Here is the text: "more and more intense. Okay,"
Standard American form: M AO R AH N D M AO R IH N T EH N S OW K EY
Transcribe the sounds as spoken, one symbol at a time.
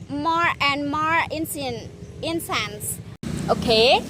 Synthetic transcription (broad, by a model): M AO R AH N D M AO R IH N S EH N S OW K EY